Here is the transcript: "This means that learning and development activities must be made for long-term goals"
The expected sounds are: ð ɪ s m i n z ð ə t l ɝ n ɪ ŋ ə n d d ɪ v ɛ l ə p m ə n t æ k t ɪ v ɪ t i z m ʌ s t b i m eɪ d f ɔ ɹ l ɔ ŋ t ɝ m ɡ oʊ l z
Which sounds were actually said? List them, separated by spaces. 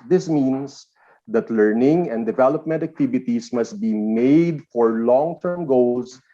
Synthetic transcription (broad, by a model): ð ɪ s m i n s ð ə t l ɝ n ɪ ŋ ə n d d ɪ v ɛ l ə p m ə n t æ k t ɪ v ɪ t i s m ʌ s t b i m eɪ d f ɔ ɹ l ɔ ŋ t ɝ m ɡ oʊ l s